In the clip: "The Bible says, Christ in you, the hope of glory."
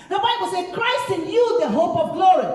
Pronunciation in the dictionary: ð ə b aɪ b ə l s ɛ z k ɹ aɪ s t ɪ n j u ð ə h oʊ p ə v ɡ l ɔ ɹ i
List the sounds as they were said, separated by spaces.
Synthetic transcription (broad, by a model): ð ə b aɪ b ə l s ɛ k ɹ aɪ s t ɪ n j u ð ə h oʊ p ə v ɡ l ɔ ɹ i